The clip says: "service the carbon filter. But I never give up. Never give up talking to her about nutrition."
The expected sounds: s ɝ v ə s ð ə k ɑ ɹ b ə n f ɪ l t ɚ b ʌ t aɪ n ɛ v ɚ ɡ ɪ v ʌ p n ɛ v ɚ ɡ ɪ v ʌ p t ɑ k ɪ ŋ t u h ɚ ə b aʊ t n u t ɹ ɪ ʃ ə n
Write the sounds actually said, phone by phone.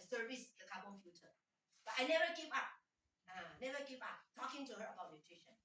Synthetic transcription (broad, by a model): s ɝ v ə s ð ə k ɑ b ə l f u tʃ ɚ b ʌ t aɪ n ɛ v ɚ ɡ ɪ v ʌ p n ɛ v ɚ ɡ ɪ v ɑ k t ɑ k ɪ ŋ t u h ɚ ə b aʊ t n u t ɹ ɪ ʃ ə n